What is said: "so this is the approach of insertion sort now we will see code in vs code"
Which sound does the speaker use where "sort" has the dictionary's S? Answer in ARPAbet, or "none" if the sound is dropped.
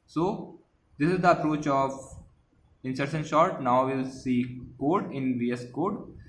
SH